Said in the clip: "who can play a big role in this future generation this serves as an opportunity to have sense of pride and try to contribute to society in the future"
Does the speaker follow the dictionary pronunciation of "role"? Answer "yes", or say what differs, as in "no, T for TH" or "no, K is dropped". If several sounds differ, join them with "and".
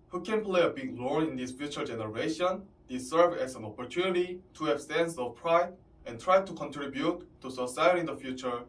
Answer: no, L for R and N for L